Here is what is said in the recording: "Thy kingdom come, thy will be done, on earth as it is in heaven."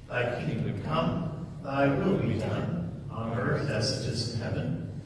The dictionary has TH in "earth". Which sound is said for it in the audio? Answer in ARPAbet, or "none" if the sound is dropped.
TH